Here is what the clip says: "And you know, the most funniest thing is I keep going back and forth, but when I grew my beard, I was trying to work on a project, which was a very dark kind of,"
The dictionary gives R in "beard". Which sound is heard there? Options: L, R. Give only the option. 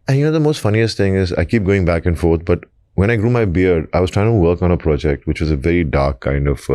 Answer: R